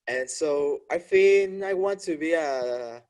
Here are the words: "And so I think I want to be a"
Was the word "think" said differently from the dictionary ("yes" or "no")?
yes